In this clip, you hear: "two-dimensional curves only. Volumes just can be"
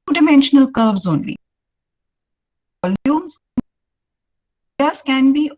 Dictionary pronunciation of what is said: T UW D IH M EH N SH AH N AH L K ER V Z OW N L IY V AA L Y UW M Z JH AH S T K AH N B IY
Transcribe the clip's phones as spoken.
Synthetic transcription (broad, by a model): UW D IH M EH N SH AH N AH L K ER B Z OW N L IY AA L Y UW M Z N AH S K AH N B IY